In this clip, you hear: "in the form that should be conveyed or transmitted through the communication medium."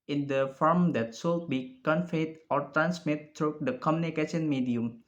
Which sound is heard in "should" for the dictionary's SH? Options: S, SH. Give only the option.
S